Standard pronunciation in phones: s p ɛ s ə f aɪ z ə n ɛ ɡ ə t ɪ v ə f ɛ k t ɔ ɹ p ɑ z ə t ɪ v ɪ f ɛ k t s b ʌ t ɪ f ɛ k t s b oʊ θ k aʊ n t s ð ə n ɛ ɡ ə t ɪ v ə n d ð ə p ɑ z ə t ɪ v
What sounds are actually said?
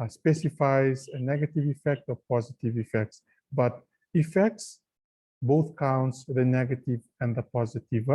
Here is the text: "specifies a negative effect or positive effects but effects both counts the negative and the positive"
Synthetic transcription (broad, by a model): s p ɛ s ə f aɪ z ə n ɛ ɡ ə t ɪ v ə f ɛ k t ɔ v p ɑ z ə t ɪ v ɪ f ɛ k t s b ʌ t ɪ f ɛ k t s b oʊ θ k aʊ n t s ð ə n ɛ ɡ ə t ɪ v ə n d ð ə p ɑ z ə t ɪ v